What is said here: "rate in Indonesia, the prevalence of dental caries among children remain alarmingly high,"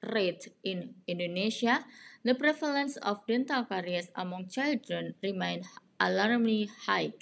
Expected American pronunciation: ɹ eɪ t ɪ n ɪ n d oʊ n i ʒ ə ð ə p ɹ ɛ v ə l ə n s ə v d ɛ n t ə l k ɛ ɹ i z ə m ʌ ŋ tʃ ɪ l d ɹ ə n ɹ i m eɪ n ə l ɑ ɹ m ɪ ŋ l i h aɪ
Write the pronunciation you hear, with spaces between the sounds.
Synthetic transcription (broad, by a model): ɹ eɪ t ɪ n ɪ n d oʊ n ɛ s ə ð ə p ɹ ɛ f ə l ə n s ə f d ɛ n t ə l k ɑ ɹ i s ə m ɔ ŋ tʃ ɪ l d ɹ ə n ɹ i m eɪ n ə l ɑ ɹ m l i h aɪ